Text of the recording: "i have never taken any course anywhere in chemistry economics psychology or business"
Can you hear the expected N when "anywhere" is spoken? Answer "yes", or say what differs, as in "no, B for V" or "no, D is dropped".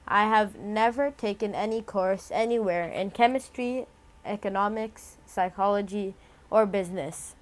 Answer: yes